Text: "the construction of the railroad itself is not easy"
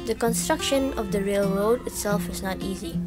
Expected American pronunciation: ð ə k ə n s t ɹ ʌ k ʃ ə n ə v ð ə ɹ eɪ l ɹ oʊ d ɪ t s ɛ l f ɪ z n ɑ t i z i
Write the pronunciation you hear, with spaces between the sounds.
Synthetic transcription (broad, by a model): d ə k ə n s t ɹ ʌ k ʃ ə n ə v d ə ɹ eɪ l ɹ oʊ d ɪ t s ɛ l f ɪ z n ɑ t i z i